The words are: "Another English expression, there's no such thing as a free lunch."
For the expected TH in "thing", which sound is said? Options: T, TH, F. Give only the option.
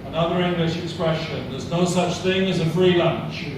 TH